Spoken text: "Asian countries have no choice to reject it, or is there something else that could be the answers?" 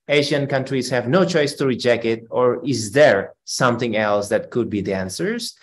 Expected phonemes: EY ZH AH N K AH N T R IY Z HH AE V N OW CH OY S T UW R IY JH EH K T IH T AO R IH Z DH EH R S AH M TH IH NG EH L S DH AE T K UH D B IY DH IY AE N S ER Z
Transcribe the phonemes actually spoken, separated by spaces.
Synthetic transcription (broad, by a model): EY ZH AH N K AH N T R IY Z HH AE V N OW CH OY S T UW R IY JH EH K T IH T AO R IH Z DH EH R S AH M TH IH NG EH L S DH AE T K UH D B IY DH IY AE N S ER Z